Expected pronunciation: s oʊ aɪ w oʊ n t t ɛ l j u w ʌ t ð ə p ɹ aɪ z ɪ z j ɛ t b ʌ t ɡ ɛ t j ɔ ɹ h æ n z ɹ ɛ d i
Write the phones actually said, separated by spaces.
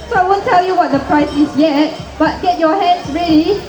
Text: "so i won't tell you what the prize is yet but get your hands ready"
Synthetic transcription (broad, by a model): s oʊ aɪ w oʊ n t t ɛ l j u w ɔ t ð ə p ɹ aɪ s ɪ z j ɛ t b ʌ t ɡ ɛ t j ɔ h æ n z ɹ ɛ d i